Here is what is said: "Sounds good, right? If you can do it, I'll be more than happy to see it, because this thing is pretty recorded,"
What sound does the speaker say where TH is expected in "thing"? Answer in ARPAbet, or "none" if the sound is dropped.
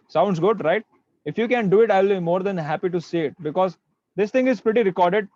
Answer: T